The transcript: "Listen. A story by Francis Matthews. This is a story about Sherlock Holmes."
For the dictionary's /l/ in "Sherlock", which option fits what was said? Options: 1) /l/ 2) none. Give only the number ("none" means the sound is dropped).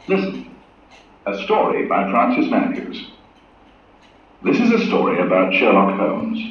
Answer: 1